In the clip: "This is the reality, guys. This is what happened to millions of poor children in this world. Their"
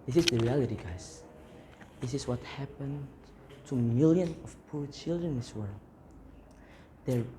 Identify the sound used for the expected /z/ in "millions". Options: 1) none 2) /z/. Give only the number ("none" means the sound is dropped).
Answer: 1